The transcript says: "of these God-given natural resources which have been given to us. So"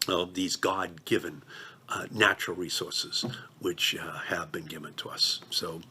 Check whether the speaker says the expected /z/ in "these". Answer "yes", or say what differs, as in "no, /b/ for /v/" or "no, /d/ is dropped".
yes